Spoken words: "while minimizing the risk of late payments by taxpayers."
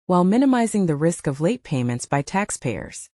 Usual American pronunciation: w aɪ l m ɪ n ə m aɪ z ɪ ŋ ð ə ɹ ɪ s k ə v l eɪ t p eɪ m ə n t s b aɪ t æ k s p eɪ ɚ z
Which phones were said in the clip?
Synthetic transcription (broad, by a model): w aɪ l m ɪ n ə m aɪ z ɪ ŋ ð ə ɹ ɪ s k ə v l eɪ t p eɪ m ə n t s b aɪ t æ k s p eɪ ɚ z